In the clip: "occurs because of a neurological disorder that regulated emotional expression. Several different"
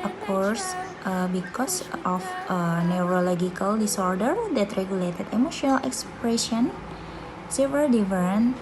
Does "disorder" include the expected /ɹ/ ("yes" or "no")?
yes